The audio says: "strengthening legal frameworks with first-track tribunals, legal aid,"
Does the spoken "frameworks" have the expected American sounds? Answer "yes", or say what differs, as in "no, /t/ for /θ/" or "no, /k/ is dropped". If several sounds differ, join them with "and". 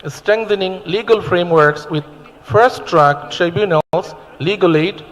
yes